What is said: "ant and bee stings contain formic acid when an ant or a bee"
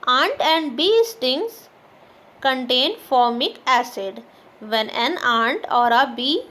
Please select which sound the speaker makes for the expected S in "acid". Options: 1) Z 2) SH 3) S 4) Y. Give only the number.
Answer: 3